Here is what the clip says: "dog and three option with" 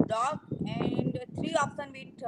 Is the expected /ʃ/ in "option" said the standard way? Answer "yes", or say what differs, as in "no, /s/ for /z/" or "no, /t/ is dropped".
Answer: no, /s/ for /ʃ/